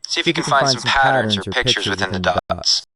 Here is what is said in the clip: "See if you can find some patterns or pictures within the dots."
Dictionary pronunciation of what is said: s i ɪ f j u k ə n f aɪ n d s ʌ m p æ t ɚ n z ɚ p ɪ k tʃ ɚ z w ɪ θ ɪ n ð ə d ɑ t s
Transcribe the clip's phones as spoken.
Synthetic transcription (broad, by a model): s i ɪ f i k ə n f aɪ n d s ʌ m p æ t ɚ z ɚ p ɪ k tʃ ɚ z w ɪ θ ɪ n ð ə d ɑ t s